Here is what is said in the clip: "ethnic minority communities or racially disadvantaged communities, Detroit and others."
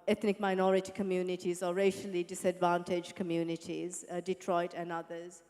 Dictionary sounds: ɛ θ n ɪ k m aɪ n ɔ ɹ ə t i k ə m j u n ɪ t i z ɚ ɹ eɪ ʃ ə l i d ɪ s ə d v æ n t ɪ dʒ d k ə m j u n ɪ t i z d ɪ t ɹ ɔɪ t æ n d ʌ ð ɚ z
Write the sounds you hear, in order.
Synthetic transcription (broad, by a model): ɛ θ n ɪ k m aɪ n ɔ ɹ ə t i k ə m j u n ɪ t i z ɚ ɹ eɪ ʃ ə l i d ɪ s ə d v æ n t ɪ dʒ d k ə m j u n ɪ t i z d ɪ t ɹ ɔɪ t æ n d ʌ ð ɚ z